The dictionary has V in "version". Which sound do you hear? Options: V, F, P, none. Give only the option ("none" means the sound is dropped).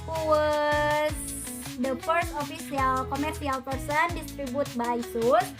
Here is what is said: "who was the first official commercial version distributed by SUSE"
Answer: P